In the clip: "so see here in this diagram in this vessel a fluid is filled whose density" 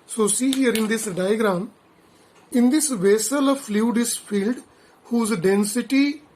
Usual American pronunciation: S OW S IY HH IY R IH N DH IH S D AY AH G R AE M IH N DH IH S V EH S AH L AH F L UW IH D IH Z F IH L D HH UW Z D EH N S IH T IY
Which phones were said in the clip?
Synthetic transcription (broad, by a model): S OW S IY HH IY R IH N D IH S D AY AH G R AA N IH N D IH S V EH S AH L AH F L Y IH D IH S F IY L D HH UW Z D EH N S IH T IY